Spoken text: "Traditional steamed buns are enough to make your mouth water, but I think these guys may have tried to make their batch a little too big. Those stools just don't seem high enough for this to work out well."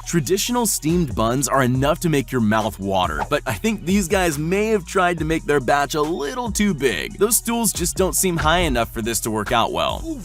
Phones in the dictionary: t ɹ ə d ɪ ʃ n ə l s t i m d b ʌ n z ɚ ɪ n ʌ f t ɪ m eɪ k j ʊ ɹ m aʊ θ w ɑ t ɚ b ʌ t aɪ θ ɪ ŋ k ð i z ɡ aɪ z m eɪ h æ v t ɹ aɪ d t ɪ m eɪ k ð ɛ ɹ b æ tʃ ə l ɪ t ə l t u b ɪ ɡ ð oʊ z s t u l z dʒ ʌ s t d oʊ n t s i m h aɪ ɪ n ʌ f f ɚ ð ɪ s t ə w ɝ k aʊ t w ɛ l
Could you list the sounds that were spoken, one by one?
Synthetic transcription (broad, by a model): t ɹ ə d ɪ ʃ n l s t i m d b ʌ n z ɚ ɪ n ʌ f t ɪ m eɪ k j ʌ ɹ m aʊ θ w ɑ t ɚ b ʌ t aɪ θ ɪ ŋ k ð i z ɡ aɪ z m eɪ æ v t ɹ aɪ d t ɪ m eɪ k ð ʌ ɹ b æ tʃ ə l ɪ t l t u b ɪ ɡ ð oʊ z s t u l z dʒ ʌ s d oʊ n t s i m h aɪ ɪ n ʌ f f ɚ ð ɪ s t ə w ɝ k aʊ t w ɛ l